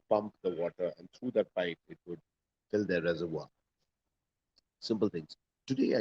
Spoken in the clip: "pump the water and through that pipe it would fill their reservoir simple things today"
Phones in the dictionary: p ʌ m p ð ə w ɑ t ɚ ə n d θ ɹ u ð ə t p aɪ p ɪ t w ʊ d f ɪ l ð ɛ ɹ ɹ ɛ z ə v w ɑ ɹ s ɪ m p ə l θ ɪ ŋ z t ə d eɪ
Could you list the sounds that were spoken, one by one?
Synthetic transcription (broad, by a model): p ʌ m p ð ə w ɑ t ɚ ə n d t ɹ u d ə t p aɪ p ɪ t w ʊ d f ɪ l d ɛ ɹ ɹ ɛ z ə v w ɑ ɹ s ɪ m p ə l t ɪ ŋ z t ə d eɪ